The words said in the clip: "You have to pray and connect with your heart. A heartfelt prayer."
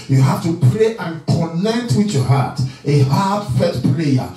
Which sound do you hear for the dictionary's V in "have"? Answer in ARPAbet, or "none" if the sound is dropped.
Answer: F